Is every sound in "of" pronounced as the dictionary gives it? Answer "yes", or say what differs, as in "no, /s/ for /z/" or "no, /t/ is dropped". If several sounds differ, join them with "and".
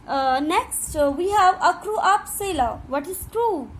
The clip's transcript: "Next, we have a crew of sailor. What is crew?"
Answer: no, /p/ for /v/